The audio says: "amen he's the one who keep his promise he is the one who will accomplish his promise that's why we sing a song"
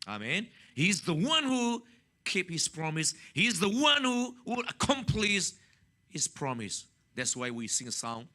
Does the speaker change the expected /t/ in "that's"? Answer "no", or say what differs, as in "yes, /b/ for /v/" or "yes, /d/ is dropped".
no